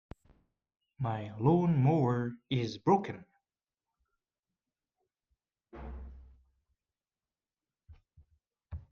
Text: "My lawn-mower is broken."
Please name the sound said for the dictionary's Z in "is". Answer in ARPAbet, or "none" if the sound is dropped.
Z